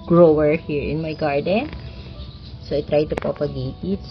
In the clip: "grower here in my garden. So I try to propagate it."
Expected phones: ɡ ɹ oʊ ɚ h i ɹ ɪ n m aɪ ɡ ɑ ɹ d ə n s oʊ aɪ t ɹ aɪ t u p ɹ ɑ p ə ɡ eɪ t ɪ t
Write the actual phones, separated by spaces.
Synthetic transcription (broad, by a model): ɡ ɹ oʊ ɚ h i ɹ ɪ n m aɪ ɡ ɑ ɹ d ə n s oʊ aɪ t ɹ aɪ t u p ɑ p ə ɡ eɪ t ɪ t